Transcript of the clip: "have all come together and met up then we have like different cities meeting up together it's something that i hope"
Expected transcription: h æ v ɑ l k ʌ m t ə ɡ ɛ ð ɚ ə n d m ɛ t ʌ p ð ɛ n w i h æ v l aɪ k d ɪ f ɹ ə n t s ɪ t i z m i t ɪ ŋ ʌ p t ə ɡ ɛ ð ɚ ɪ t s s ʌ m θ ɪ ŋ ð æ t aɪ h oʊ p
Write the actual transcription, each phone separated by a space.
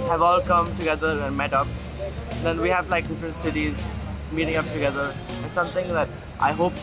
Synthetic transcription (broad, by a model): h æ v ɑ l k ʌ m t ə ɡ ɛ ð ɚ ə n d m ɛ t ʌ p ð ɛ n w i h æ v l aɪ k d ɪ f ɹ ə n t s ɪ t i z m i t ɪ ŋ ʌ p t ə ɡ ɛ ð ɚ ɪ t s s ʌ m t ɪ ŋ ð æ t aɪ h oʊ p